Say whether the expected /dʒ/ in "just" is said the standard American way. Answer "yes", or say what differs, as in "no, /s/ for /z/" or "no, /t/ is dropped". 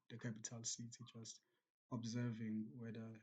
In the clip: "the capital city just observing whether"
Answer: no, /tʃ/ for /dʒ/